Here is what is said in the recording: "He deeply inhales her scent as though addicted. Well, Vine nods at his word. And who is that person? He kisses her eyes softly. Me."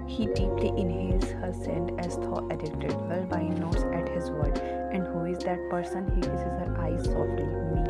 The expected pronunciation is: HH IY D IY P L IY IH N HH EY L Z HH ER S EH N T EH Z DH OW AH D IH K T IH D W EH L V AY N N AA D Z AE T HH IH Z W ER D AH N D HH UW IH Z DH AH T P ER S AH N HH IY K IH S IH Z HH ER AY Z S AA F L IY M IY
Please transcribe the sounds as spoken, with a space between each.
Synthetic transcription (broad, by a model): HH IY D IY P L IY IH N HH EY L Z HH ER S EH N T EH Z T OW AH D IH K T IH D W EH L B AY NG N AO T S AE T HH IH Z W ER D AH N D HH UW IH Z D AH T P ER S AH N HH IY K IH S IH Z HH ER AY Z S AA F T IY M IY